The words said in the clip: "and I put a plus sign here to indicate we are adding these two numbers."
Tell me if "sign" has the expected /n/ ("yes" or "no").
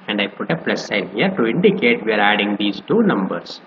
no